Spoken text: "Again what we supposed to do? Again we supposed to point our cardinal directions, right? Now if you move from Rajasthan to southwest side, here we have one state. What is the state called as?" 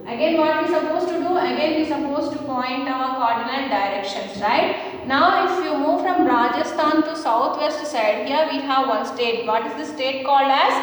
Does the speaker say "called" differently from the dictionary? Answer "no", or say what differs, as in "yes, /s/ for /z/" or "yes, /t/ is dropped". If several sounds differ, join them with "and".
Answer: no